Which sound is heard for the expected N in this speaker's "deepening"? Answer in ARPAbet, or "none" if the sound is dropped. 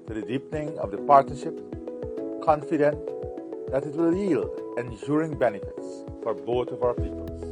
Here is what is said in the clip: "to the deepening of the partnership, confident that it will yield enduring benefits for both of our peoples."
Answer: N